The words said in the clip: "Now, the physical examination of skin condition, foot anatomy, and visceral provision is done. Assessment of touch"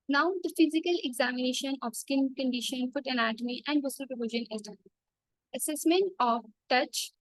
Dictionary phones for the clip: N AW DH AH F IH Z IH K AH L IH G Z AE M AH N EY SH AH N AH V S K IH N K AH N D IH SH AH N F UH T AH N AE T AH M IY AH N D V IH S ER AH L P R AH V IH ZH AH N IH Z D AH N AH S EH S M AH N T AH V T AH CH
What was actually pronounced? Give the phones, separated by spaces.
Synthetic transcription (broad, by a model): N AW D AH F IH Z IH K AH L IH G Z AE M AH N EY SH AH N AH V S K IH N K AH N D IH SH AH N F UH T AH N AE T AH M IY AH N D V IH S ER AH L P R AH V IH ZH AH N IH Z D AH AH S EH S M AH N T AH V T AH CH